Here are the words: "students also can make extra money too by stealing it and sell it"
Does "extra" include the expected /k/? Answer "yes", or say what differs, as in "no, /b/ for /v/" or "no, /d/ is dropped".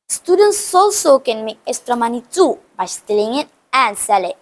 no, /k/ is dropped